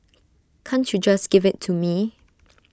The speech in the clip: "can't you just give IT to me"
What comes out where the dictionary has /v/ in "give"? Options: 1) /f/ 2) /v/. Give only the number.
2